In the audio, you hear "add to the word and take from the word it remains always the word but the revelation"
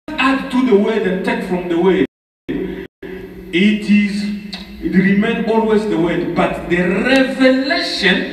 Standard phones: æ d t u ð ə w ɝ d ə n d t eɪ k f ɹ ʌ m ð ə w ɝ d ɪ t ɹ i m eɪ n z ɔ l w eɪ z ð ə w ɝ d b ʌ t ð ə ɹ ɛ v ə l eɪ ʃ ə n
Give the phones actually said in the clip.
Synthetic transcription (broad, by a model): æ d t u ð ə w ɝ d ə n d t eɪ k f ɹ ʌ m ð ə w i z ɪ t ɹ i m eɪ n ɔ l w eɪ z ð ə w ɝ d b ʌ t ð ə ɹ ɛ v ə l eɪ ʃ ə n